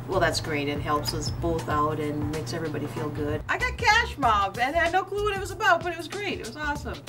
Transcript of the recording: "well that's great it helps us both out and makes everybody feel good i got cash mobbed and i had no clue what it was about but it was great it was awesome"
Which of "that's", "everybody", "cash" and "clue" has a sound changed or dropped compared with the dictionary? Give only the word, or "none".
none